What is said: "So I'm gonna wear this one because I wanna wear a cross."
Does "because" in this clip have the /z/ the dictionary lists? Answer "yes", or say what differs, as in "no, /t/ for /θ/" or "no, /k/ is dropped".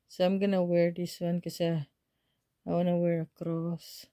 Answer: no, /z/ is dropped